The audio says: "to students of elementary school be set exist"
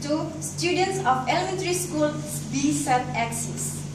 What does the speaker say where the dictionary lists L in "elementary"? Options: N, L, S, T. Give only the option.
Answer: L